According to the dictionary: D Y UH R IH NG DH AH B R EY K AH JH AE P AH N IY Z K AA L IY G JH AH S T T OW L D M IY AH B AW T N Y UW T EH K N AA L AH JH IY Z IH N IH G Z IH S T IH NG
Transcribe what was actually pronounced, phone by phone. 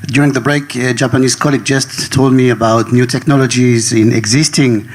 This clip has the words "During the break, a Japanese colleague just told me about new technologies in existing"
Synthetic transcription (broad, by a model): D Y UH R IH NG DH AH B R EY K JH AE P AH N IY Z K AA L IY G JH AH S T T OW L D M IY AH B AW T N Y UW T EH K N AA L AH JH IY Z IH N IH G Z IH S T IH NG